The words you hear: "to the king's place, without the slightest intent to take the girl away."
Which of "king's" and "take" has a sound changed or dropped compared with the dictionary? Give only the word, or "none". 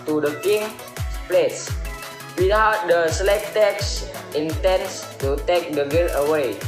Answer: king's